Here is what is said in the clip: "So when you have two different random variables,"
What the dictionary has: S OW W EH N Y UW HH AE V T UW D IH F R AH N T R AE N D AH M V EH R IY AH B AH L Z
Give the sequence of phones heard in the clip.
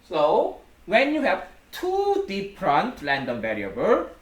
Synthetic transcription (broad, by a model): S OW W EH N Y UW HH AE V T UW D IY P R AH N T L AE N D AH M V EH R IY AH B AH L